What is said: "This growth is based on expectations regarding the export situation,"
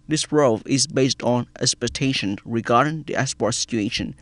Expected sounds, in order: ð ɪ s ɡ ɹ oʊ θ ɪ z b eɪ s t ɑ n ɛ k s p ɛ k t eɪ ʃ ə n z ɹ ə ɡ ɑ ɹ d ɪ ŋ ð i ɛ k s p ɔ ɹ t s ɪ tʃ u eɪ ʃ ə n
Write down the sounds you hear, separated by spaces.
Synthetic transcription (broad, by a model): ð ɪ s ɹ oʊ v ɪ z b eɪ s t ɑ n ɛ s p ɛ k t eɪ ʃ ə n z ɹ ə ɡ ɑ ɹ d ɪ ŋ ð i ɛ s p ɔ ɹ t s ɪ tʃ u eɪ ʃ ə n